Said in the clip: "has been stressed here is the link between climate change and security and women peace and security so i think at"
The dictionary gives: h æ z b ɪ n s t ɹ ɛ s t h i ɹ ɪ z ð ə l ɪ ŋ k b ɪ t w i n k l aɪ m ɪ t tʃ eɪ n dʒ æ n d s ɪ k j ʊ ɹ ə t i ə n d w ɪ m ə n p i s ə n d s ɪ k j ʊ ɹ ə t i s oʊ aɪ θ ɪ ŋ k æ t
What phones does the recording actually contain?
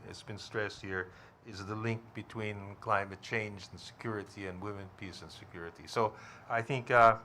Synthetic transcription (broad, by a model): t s b ɪ n s t ɹ ɛ s t h i ɹ ɪ z ð ə l ɪ ŋ k b ɪ t w i n k l aɪ m ɪ t tʃ eɪ n dʒ n s ɪ k j ʊ ɹ ə t i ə n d w ɪ m ə n p i s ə n s ɪ k j ʊ ɹ ə t i s oʊ aɪ θ ɪ ŋ k